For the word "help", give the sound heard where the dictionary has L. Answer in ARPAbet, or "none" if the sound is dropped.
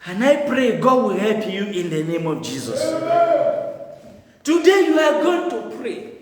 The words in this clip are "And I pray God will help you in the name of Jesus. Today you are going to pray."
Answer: L